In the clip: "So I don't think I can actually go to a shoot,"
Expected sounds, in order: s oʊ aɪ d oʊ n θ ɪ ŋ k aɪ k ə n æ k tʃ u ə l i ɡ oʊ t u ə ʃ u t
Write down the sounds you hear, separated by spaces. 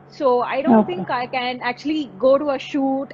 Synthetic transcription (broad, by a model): s oʊ aɪ d oʊ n t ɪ ŋ k aɪ k ə n æ k tʃ u ə l i ɡ oʊ t u ə ʃ u t